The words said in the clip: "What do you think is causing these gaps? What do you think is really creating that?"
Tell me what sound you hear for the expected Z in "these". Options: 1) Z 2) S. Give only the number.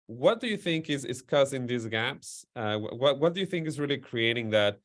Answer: 1